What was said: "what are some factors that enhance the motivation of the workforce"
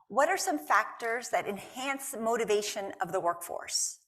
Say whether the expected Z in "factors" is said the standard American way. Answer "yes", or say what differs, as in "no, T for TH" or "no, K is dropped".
yes